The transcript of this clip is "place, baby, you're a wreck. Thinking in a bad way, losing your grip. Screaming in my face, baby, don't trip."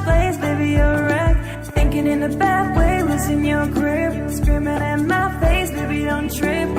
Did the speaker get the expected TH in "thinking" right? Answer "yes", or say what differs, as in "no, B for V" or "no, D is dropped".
yes